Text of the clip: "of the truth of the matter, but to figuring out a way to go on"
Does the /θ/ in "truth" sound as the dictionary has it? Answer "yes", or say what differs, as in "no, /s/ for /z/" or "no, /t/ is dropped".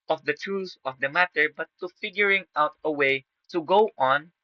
no, /s/ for /θ/